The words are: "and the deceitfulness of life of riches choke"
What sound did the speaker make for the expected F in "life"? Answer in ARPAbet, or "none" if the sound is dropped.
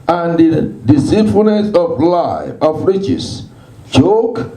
none